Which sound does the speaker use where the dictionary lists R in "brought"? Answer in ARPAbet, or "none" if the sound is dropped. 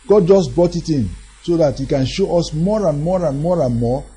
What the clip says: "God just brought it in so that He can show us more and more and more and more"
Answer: none